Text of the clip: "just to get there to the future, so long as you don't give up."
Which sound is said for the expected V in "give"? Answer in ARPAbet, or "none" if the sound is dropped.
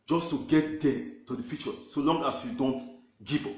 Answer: P